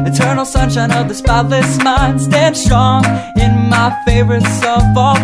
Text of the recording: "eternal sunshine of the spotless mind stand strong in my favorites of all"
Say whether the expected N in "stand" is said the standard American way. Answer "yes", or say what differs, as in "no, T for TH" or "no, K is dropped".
yes